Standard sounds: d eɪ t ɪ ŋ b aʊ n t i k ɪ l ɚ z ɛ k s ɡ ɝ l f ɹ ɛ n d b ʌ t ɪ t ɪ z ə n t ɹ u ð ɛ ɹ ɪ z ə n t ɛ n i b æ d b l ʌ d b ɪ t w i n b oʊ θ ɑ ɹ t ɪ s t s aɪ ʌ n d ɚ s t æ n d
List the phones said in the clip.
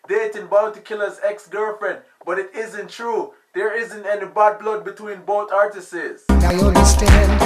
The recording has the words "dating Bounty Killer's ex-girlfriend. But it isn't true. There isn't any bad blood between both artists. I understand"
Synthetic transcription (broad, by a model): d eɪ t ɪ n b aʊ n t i k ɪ l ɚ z ɛ k s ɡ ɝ f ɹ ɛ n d b ʌ t ɪ t ɪ z ə n t ɹ u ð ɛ ɹ ɪ z ə n t ɛ n i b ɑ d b l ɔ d b ɪ t w i n b oʊ θ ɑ ɹ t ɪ s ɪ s aɪ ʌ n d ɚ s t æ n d